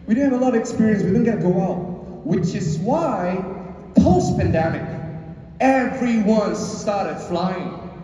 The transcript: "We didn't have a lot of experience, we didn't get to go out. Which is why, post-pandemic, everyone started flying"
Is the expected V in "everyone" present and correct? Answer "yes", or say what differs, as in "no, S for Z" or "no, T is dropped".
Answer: no, F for V